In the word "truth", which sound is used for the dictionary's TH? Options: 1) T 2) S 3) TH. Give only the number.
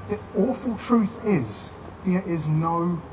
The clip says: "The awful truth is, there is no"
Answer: 3